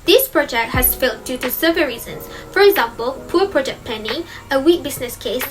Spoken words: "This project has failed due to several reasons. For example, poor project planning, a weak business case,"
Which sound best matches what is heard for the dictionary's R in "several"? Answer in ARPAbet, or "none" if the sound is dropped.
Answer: none